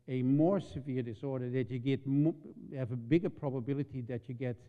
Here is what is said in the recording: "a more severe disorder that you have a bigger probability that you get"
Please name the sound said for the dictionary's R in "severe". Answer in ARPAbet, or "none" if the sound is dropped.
R